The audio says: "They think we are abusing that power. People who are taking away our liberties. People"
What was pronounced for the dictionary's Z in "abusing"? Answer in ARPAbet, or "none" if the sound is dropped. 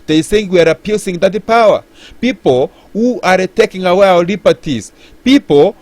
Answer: S